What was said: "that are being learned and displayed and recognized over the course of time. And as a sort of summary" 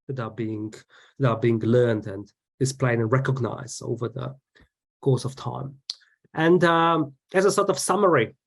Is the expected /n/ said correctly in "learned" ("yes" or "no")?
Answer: yes